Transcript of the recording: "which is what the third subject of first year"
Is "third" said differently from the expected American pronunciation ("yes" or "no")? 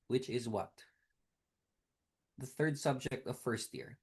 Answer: no